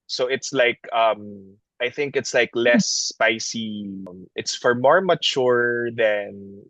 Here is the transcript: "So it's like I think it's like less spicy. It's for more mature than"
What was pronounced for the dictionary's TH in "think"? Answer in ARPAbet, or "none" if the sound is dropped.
TH